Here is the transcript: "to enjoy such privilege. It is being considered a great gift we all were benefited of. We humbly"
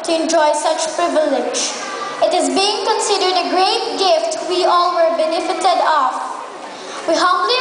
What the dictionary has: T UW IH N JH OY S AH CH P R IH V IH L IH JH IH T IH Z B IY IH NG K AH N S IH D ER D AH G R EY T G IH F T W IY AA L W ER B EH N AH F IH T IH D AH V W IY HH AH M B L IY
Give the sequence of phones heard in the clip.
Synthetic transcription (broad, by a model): T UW IH N JH OY S AH CH P R IH V IH L IH JH IH T IH Z B IY IH NG K AH N S IH D ER D AH G R EY T G IH F T W IY AA L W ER B EH N AH F IH T IH D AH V W IY HH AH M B L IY